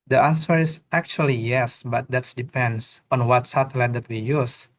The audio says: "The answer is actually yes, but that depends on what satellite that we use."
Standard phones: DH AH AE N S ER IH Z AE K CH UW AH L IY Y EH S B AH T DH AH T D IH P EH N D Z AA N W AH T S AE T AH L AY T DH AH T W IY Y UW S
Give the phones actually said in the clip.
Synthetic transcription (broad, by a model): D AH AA N S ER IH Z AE K CH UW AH L IY Y EH S B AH T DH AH T D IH P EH N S AA N W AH T S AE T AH L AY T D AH T W IY Y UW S